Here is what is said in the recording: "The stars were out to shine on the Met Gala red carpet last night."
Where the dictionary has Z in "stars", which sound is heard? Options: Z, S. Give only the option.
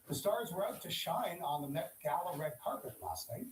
Z